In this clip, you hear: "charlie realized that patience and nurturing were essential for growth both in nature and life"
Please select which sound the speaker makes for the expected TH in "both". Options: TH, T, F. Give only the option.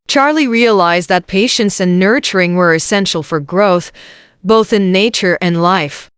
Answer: TH